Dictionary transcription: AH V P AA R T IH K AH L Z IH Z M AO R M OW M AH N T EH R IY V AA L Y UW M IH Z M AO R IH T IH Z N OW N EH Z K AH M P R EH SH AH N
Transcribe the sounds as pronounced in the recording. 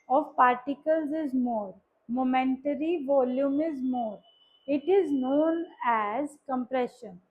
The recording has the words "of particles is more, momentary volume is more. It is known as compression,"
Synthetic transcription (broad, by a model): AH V P AA R T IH K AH L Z IH Z M AO R M OW M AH N T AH R IY V AA L Y UW M IH Z M AO R IH T IH Z N OW N EH Z K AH M P R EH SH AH N